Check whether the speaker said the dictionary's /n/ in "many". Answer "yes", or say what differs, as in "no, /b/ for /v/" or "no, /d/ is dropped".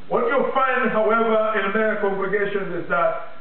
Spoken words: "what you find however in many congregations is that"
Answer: no, /n/ is dropped